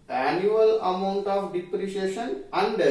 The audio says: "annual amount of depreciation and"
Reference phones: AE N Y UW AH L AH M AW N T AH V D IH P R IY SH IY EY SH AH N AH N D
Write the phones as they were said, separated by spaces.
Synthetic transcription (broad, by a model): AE N Y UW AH L AH M AW N T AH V D IH P R IY SH IY EY SH AH N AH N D